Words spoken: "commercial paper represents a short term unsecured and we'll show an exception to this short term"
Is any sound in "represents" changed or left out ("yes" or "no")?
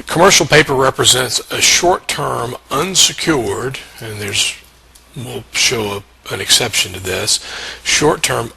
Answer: no